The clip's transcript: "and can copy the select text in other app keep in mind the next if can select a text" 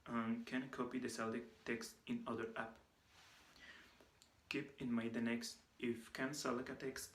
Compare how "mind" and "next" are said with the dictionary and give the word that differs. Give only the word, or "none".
mind